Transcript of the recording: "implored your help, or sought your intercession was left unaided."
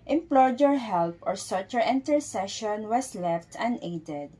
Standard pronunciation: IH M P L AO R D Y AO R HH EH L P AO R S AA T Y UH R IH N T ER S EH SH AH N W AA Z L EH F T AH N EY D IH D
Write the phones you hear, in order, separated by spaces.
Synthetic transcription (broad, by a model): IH M P L AO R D Y AO R HH EH L P AO R S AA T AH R IH N T ER S EH SH AH N W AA S L EH F T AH N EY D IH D